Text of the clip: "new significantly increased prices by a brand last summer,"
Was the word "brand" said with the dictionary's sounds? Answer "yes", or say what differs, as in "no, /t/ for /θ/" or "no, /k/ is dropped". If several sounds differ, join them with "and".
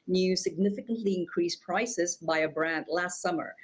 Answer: yes